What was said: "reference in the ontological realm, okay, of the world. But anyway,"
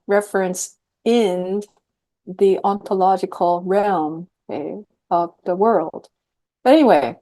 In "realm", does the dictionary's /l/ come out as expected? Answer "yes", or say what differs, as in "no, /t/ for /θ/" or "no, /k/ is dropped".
yes